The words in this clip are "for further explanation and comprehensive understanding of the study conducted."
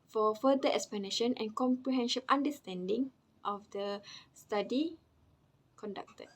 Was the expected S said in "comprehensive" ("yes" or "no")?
no